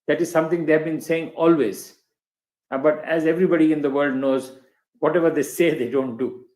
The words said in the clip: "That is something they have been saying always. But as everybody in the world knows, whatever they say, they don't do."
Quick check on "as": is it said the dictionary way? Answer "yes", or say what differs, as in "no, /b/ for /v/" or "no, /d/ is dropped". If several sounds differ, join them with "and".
yes